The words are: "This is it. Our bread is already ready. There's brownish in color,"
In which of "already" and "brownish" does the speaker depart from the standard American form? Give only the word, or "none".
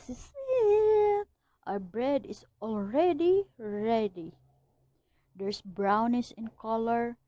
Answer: brownish